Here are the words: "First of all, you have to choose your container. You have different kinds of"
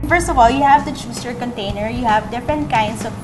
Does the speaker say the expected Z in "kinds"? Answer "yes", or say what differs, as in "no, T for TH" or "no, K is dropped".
no, S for Z